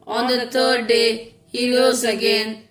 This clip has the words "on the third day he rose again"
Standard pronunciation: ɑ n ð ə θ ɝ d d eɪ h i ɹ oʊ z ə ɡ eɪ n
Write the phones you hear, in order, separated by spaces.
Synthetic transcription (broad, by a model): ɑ n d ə t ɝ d d eɪ h i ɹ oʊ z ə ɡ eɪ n